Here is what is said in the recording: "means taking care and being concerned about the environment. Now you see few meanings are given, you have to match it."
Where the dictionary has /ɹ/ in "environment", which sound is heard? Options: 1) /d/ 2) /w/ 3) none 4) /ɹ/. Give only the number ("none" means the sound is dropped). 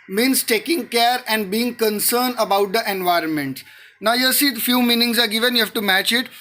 4